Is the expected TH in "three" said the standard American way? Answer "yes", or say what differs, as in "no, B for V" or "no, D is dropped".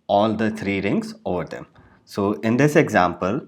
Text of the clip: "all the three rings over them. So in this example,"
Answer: no, T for TH